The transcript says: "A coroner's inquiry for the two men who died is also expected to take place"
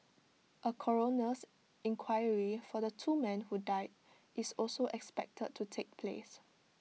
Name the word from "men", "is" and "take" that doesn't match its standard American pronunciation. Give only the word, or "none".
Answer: is